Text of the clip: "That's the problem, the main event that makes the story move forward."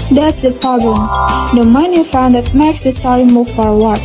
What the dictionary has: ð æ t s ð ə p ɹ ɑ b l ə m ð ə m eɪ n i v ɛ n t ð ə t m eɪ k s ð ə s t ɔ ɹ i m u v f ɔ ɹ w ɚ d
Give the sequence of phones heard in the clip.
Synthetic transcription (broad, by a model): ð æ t s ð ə p ɹ ɑ b l ə m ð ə m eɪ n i f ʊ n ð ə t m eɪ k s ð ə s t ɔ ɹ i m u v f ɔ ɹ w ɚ